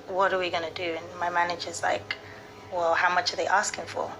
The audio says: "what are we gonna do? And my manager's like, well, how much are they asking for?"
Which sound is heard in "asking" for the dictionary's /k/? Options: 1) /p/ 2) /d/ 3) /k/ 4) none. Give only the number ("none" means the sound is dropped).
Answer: 3